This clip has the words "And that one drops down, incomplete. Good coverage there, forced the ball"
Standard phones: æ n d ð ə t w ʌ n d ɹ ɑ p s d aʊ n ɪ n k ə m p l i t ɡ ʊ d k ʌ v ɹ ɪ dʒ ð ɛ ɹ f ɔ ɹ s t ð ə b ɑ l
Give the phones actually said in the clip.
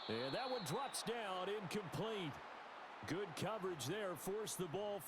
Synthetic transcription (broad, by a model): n ð ə t w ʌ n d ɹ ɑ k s d aʊ n ɪ n k ə m p l i t ɡ ʊ d k ʌ v ɹ ɪ dʒ ð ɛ ɹ f ɔ ɹ s ð ə b ɑ l